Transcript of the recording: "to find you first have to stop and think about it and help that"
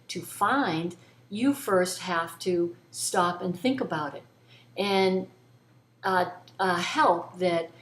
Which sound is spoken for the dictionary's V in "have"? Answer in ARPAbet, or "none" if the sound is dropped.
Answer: F